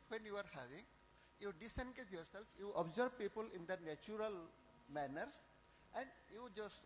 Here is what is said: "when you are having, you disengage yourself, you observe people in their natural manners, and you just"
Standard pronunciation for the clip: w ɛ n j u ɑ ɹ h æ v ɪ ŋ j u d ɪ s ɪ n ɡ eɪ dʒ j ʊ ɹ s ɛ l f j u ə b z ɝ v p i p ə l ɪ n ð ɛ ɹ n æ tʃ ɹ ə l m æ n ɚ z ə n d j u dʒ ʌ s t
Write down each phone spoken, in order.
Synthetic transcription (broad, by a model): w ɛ n j u ɑ ɹ h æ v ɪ ŋ j u d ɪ s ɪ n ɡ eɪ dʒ j ʊ ɹ s ɛ l f j u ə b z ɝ b p i p ə l ɪ n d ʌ n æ tʃ ɹ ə l m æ n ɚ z ə n d j u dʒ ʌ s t